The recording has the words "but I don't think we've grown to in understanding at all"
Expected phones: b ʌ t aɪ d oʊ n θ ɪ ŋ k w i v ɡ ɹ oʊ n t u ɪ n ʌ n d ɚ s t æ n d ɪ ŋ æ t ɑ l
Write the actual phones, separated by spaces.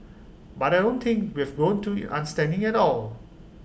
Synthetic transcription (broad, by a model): b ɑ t aɪ d oʊ n t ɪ ŋ k w i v ɡ oʊ n t u ɪ n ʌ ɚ s t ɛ n d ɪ ŋ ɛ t ɑ l